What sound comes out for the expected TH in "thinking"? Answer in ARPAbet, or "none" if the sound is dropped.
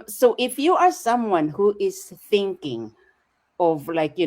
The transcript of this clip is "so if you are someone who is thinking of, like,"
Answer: TH